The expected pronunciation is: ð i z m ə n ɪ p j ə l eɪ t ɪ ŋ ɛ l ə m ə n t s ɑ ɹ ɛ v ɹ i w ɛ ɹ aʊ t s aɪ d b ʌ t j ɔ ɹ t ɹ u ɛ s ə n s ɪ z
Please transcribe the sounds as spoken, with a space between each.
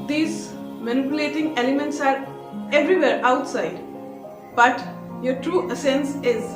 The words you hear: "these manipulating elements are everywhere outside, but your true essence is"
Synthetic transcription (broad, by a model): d i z m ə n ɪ p j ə l eɪ t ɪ ŋ ɛ l ə m ə n t s ɑ ɹ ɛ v ɹ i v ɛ ɹ aʊ t s aɪ d b ʌ t j ɔ ɹ t ɹ u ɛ s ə n s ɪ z